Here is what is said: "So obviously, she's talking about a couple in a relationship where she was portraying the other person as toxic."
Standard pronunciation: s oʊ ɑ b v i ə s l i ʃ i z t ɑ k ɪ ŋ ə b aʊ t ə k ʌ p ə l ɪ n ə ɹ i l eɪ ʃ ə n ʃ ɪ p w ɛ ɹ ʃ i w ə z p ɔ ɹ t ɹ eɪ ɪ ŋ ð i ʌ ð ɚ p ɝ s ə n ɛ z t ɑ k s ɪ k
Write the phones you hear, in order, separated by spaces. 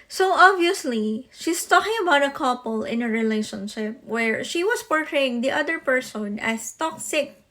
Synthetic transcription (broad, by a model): s oʊ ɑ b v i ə s l i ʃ i s t ɑ k ɪ ŋ ə b aʊ t ə k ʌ p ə l ɪ n ə ɹ i l eɪ ʃ ə n ʃ ɪ p w ɛ ɹ ʃ i w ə s p ɔ ɹ t ɹ eɪ ɪ ŋ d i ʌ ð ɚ p ɝ s ə n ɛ s t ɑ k s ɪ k